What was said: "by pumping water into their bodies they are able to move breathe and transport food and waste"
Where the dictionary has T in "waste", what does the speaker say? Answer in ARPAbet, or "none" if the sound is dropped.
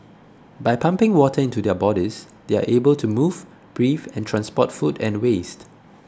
T